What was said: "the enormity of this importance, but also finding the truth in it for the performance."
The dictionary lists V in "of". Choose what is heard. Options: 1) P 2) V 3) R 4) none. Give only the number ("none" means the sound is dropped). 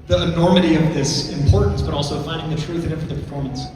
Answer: 2